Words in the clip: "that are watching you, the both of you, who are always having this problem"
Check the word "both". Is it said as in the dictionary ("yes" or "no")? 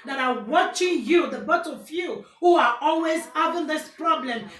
no